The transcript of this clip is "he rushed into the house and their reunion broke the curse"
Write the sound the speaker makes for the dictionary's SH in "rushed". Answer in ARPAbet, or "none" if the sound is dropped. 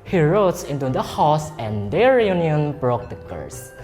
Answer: none